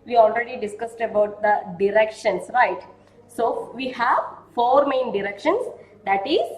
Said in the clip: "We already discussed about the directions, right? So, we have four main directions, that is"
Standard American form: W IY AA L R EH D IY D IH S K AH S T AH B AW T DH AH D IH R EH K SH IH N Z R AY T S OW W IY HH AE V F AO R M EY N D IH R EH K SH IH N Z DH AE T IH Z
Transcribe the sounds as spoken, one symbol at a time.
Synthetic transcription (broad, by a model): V IY AA L R EH D IY D IH S K AH S T AH B AW T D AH D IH R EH K SH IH N S R AY T S OW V IY HH AE V F AO R M EY N D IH R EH K SH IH N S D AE T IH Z